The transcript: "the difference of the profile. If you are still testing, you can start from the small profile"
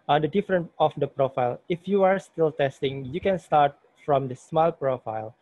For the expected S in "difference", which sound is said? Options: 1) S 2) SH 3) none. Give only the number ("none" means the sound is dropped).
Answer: 3